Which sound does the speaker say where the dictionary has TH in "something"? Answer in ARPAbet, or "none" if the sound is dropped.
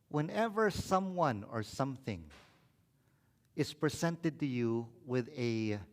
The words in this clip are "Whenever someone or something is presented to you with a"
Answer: TH